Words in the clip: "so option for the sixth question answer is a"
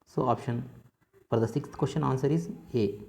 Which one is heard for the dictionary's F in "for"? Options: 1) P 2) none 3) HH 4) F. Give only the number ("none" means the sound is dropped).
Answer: 1